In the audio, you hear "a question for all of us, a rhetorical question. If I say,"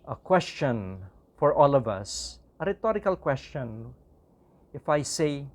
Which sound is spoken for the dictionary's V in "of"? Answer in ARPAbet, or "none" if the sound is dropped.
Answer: V